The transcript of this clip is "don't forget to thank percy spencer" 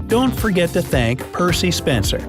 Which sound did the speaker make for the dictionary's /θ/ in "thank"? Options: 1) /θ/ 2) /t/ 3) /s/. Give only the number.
1